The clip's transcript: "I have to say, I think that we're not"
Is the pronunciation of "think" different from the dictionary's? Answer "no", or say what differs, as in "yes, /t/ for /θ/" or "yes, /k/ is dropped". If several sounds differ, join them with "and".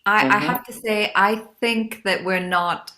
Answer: no